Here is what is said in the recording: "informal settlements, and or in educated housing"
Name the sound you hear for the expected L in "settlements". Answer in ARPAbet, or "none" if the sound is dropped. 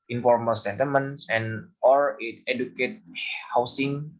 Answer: none